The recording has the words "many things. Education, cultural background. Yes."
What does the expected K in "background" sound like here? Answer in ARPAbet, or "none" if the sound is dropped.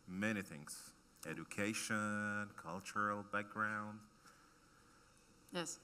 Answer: K